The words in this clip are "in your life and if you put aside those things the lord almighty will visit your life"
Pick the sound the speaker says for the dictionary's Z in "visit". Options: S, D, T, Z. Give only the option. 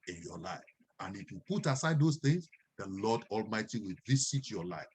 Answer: S